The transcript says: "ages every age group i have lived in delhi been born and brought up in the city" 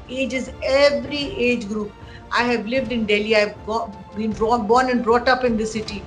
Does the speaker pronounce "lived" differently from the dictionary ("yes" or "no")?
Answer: no